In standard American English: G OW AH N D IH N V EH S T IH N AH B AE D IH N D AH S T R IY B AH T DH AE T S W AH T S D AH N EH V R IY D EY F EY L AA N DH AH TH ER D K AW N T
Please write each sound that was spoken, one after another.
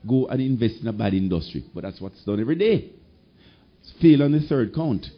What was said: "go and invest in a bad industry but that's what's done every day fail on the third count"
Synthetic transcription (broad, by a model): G OW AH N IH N V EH S T IH N AH B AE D IH N D AH S T R IY B AH T DH AE T S W AH T S D AH N EH V R IY D EY F EY L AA N DH AH TH ER D K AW N T